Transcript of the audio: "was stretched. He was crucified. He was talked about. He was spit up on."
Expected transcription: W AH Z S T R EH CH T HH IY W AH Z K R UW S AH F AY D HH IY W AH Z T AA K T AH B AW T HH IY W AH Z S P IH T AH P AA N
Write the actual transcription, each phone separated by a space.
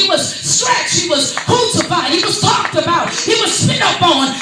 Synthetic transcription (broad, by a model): W AH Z S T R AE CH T HH IY W AH Z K UW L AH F AY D HH IY W AH Z T AA K T AH B AW T HH IY W AH Z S IH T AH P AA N